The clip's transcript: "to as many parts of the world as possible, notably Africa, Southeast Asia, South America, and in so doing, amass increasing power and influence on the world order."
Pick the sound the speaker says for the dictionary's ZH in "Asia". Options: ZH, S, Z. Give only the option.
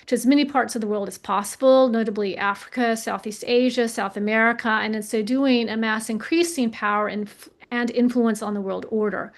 ZH